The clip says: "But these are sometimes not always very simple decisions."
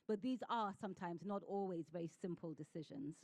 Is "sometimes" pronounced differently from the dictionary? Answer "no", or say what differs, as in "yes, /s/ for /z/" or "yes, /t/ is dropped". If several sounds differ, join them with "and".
no